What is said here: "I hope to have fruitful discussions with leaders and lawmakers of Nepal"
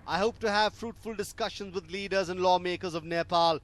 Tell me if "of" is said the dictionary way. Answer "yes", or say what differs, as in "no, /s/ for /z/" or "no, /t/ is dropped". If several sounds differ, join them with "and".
yes